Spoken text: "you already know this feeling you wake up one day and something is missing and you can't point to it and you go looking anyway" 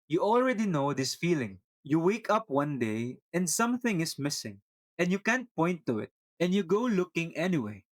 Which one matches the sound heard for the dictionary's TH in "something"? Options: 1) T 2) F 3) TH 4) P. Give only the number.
3